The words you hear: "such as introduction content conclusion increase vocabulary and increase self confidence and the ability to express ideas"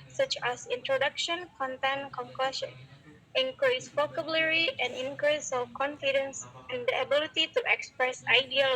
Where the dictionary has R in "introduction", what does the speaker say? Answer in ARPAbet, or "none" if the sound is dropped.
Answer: R